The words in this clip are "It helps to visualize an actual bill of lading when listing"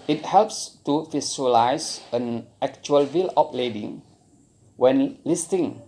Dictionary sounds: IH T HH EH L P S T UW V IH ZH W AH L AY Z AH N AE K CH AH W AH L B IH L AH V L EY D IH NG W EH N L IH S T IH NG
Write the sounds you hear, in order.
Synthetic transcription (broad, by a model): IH T HH EH L P S T UW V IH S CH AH L AY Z AH N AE K CH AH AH L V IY L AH P L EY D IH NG W EH N L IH S T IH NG